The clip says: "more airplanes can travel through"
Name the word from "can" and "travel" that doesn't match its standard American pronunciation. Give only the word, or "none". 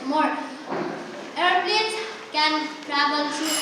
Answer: travel